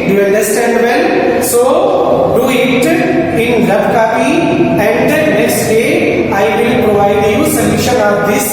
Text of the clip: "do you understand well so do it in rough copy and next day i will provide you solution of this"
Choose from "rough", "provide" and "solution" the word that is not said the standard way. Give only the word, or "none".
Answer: rough